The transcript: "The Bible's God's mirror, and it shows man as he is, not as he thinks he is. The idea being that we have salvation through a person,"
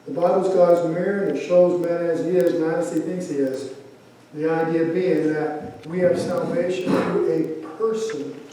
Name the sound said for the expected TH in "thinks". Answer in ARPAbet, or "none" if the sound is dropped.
TH